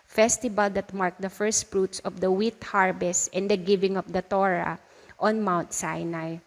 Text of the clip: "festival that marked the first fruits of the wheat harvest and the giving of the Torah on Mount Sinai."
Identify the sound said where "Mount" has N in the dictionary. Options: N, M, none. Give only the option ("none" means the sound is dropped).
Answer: N